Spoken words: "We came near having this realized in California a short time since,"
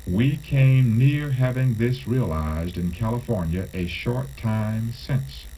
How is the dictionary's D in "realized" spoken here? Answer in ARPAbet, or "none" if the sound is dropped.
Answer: D